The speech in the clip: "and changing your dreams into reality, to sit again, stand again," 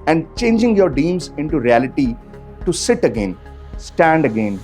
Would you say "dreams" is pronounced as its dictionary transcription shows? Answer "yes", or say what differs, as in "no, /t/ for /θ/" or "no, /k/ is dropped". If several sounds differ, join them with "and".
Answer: no, /ɹ/ is dropped